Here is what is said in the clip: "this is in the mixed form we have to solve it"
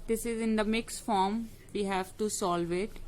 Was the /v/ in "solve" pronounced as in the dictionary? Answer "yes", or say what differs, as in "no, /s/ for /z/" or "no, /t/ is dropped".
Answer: yes